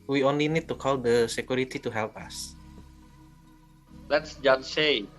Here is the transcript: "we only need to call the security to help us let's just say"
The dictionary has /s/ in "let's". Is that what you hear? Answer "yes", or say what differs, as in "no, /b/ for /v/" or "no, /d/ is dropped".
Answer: yes